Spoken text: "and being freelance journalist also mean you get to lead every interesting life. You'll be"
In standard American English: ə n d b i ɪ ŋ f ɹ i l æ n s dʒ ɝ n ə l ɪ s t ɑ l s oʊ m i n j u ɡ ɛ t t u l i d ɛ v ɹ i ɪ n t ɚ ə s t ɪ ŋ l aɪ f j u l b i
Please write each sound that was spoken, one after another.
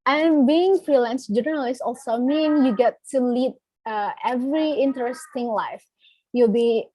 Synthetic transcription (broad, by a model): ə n b i ɪ ŋ f ɹ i l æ n s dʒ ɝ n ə l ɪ s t ɑ l s oʊ m i n j u ɡ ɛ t t u l i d ɛ v ɹ i ɪ n t ɚ ə s t ɪ ŋ l aɪ f j u l b i